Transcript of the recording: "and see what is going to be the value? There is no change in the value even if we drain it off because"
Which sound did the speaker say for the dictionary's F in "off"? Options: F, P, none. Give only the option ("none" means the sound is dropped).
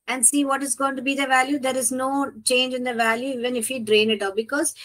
P